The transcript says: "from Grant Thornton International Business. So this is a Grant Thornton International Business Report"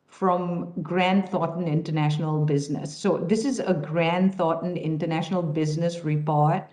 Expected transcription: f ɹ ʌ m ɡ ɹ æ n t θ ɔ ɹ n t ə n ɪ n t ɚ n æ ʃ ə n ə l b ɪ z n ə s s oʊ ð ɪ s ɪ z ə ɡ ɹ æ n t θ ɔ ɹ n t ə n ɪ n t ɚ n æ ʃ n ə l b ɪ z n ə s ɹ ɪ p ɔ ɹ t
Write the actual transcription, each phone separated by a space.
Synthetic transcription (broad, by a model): f ɹ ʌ m ɡ ɹ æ n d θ ɔ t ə n ɪ n t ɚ n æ ʃ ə n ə l b ɪ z n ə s s oʊ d ɪ s ɪ z ə ɡ ɹ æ n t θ ɔ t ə n ɪ n t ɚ n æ ʃ n ə l b ɪ z n ə s ɹ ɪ p ɔ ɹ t